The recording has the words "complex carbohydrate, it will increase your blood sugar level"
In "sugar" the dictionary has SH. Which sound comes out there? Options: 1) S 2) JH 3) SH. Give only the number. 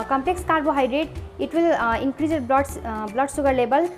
1